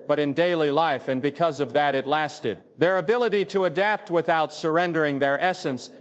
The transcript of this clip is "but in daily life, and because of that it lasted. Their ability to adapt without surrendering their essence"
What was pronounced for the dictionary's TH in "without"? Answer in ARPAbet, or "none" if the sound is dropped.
TH